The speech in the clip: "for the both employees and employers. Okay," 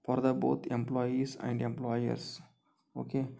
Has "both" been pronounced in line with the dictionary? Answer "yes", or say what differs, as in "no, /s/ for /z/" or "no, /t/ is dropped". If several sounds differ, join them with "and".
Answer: no, /t/ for /θ/